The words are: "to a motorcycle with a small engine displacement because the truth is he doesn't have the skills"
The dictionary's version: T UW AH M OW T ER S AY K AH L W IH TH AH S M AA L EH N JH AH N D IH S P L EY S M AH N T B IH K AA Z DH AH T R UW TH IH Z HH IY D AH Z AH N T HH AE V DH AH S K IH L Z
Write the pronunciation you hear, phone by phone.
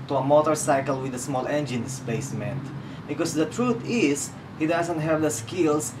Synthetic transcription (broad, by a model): T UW AH M OW T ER S AY K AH L W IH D AH S M AA L EH N JH AH N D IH S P EY S M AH N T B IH K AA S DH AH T R UW T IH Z HH IY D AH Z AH N T HH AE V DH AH S K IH L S